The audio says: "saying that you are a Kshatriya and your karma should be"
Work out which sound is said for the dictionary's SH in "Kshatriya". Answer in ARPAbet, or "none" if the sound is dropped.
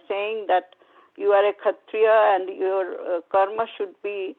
none